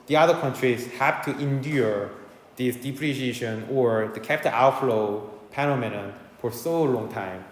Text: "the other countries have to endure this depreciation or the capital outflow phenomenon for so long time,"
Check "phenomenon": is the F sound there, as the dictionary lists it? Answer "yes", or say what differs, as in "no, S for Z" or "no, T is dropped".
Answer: no, P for F